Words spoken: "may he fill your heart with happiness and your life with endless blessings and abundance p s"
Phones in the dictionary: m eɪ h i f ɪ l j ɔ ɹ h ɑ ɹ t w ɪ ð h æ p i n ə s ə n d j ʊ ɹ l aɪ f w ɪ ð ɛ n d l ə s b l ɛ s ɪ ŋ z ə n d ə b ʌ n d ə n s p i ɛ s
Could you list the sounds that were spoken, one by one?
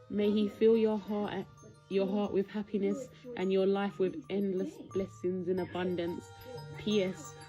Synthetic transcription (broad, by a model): m eɪ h i f ɪ l j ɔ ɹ h ɑ ɹ t w ɪ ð h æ p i n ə s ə n j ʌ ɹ l aɪ f w ɪ ð ɛ n d l ə s b l ɛ s ɪ ŋ z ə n ə b ʌ n d ə n s p i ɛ s